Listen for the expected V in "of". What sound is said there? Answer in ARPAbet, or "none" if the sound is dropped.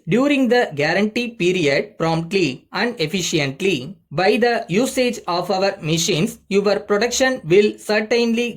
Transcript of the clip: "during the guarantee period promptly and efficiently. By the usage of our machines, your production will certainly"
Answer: V